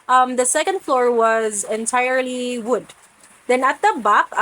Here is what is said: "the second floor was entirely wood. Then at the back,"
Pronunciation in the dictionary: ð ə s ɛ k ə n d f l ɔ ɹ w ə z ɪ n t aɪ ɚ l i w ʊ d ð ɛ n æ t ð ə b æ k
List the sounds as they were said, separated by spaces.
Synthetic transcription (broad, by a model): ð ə s ɛ k ə n d f l ɔ ɹ w ə z ɪ n t aɪ ɚ l i w ʊ d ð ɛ n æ t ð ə b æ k